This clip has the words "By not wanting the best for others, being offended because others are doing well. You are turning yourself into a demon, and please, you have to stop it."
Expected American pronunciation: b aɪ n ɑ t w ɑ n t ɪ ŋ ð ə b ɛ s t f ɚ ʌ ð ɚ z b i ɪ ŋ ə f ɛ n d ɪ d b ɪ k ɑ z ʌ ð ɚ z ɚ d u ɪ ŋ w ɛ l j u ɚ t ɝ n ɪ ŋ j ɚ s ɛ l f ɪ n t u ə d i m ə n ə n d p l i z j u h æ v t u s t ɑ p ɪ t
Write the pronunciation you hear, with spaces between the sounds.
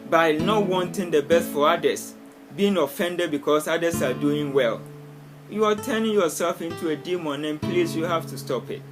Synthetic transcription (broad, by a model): b aɪ n ɑ t w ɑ n t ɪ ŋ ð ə b ɛ s t f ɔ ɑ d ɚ s b i ɪ ŋ ə f ɛ n d ɪ d b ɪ k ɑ s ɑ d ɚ s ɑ d u ɪ ŋ w ɛ l j u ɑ t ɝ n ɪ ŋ j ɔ s ɛ l f ɪ n t u ə d i m ə n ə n p l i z j u h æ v t u s t ɑ p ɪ t